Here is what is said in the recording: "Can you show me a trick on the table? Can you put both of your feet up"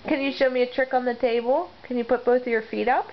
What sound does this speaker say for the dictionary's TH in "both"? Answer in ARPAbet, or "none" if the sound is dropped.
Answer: TH